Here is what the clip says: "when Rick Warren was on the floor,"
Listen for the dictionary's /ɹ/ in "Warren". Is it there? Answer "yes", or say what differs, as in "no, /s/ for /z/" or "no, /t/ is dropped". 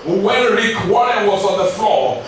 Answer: no, /ɹ/ is dropped